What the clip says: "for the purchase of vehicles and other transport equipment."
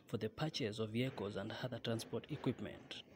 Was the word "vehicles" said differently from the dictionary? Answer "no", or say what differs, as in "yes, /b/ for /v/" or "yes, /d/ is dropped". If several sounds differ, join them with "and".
yes, /l/ is dropped